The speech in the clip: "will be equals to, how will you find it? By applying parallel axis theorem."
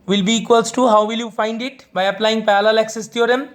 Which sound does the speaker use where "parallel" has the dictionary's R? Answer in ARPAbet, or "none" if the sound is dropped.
L